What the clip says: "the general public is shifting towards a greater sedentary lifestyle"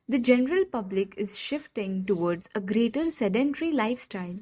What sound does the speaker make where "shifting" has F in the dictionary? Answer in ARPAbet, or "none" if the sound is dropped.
F